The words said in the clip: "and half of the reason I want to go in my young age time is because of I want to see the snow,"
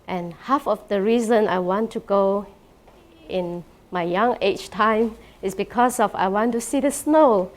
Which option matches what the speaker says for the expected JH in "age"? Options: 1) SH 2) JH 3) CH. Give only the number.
3